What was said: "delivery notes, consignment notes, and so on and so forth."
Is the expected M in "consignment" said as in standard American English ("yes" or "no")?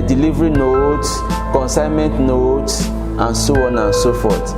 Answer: yes